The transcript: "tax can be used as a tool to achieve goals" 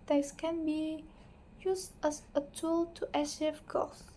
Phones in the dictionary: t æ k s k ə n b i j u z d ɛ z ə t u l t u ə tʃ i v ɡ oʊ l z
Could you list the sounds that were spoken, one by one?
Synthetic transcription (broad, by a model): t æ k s k ə n b i j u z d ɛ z ə t u l t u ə ʃ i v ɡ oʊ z